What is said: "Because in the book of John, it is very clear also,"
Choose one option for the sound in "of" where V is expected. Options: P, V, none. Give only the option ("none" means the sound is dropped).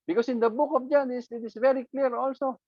P